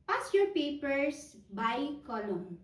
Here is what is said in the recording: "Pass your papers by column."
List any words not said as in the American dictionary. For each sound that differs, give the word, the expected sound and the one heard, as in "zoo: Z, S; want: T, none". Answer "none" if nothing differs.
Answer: papers: Z, S